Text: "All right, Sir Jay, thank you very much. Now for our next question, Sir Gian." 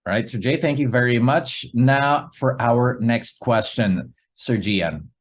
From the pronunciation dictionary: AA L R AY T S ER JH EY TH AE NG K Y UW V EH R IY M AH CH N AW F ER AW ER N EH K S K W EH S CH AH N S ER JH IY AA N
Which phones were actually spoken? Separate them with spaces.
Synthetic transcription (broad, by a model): R AY T S ER JH EY TH AE NG K Y UW V EH R IY M AH CH N AW F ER AW ER N EH K S K W EH S CH AH N S ER JH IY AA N